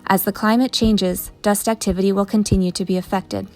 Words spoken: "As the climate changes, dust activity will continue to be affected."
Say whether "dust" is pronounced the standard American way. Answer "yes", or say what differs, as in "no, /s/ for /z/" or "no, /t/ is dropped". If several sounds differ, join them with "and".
yes